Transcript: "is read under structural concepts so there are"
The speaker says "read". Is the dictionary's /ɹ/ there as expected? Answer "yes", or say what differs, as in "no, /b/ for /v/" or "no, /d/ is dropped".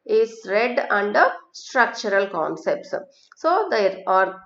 yes